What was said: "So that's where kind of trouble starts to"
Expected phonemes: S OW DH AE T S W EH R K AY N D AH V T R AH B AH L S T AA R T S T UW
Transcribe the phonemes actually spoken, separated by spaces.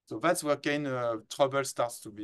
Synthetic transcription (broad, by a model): S OW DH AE T S W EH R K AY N AH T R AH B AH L S T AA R T S T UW